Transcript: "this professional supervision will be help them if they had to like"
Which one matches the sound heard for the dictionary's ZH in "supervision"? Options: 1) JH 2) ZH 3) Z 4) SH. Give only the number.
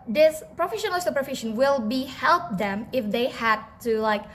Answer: 4